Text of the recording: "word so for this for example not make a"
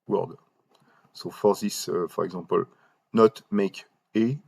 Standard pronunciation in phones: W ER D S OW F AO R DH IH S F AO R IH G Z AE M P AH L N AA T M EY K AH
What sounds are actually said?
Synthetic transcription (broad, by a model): W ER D S OW F AO R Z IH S F AO R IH G Z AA P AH L N AA T M EY K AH